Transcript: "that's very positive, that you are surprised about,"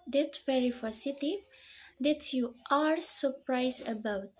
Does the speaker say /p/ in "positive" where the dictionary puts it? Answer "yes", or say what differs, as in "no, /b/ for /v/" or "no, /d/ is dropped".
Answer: no, /f/ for /p/